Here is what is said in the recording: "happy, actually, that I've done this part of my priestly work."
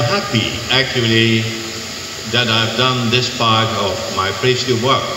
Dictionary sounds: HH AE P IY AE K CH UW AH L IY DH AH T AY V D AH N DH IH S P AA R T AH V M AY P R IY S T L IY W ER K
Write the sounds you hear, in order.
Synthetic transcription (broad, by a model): HH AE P IY AE K CH UW AH L IY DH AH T AY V D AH N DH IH S P AA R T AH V M AY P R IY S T IY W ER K